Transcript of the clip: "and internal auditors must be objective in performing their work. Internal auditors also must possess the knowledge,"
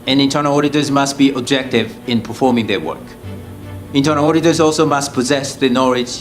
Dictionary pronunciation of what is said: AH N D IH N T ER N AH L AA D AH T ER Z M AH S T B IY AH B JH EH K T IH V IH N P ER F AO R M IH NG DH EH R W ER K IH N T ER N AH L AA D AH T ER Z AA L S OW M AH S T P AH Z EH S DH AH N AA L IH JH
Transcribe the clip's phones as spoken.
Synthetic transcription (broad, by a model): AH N IH N T ER N AH L AA D AH T ER Z M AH S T B IY AH B JH EH K T IH V IH N P ER F AO R M IH NG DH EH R W ER K IH N T ER N AH L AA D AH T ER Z AA L S OW M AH S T P AH Z EH S DH AH N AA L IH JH